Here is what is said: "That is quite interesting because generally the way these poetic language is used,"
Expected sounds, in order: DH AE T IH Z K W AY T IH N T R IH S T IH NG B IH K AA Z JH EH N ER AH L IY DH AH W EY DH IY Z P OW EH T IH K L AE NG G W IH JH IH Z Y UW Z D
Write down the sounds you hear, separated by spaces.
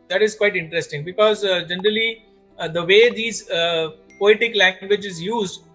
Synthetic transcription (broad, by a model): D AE T IH Z K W AY T IH N T R IH S T IH NG B IH K AA Z JH EH N ER AH L IY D AH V EY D IY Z P OW EH T IH K L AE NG G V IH JH IH Z Y UW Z D